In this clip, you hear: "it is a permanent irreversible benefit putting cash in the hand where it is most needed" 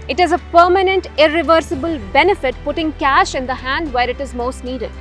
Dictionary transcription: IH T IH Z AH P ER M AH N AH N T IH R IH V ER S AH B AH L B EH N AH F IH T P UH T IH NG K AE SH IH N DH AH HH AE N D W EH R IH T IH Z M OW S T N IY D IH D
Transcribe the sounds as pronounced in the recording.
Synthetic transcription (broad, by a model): IH T IH Z AH P ER M AH N AH N T IH R IH V ER S AH B AH L B EH N AH F IH T P UH T IH NG K AE SH IH N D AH HH AE N D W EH R IH T IH Z M OW S T N IY D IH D